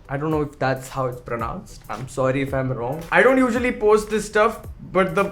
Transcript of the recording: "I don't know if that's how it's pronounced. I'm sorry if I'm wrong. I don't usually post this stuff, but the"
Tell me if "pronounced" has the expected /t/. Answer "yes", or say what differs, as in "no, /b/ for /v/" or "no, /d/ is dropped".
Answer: yes